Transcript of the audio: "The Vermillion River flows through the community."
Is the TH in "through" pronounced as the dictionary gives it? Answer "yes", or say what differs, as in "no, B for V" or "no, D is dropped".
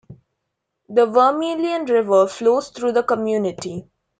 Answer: no, T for TH